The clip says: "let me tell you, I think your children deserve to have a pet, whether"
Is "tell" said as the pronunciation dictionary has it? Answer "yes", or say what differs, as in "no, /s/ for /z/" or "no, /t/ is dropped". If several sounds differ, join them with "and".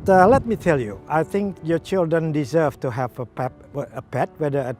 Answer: yes